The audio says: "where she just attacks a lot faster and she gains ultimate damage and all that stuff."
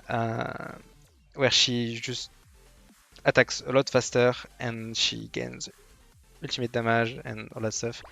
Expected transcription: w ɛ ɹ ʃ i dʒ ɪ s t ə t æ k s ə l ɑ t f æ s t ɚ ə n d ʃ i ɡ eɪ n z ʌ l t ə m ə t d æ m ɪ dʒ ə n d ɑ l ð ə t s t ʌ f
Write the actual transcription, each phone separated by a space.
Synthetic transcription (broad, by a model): w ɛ ɹ ʃ i ʒ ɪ s t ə t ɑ k s ə l ɑ t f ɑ s t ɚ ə n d ʃ i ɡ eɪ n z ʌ l t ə m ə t d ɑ m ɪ ʒ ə n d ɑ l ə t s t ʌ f